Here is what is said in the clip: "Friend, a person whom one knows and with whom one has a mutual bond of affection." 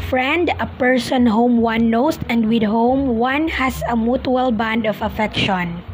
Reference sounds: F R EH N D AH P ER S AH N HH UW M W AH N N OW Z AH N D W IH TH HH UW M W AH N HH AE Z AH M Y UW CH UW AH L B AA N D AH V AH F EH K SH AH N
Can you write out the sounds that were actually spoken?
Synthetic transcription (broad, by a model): F R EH N D AH P ER S AH N HH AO M W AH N N OW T AH N D W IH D HH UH M W AH N HH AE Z AH M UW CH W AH L B AA N D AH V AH F EH K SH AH N